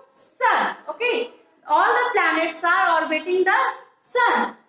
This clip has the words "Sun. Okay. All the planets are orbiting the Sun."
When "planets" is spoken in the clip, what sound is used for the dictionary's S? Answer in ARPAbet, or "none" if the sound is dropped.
S